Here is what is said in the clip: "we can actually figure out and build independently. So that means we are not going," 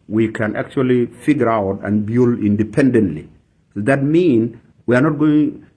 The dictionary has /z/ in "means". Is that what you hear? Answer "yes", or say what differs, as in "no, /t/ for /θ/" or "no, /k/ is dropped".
no, /z/ is dropped